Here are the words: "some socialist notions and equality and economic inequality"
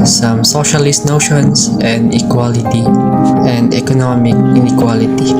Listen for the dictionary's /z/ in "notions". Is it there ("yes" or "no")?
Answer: no